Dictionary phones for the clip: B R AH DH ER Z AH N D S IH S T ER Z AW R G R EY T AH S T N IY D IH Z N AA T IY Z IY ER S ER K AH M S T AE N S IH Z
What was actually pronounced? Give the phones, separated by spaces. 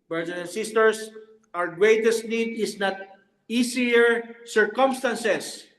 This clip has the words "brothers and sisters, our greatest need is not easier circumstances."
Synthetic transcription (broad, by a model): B R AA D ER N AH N S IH S T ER S AW R G R EY T AH S T N IY D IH S N AA T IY S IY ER S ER K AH M S T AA N S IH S